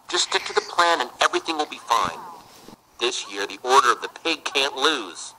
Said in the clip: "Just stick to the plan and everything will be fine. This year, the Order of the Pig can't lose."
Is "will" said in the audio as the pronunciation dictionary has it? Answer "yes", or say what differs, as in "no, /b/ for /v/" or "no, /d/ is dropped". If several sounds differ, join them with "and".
yes